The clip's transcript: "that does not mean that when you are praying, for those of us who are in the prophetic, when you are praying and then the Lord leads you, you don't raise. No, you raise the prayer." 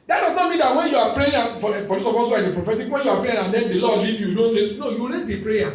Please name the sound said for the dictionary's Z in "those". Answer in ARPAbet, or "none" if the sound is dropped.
S